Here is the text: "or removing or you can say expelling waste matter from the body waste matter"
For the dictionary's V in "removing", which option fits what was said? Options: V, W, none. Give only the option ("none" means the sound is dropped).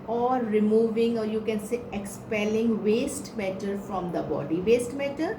V